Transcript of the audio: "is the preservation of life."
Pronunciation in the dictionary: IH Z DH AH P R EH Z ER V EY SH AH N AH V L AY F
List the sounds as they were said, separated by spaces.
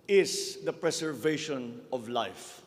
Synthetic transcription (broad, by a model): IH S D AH P R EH S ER V EY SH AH N AH V L AY F